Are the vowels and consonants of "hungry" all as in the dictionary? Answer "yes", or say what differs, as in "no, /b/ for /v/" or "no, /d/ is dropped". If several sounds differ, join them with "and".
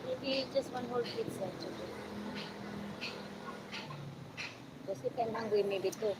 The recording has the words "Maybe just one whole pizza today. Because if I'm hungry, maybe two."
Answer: no, /w/ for /ɹ/